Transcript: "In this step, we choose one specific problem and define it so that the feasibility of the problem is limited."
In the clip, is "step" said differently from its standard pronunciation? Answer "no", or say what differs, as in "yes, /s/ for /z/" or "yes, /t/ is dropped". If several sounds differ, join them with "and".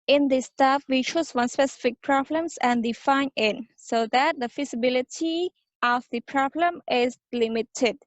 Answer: yes, /f/ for /p/